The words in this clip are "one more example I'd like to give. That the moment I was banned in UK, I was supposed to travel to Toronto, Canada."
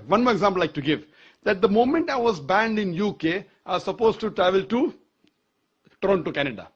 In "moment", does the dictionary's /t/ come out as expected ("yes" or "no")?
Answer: yes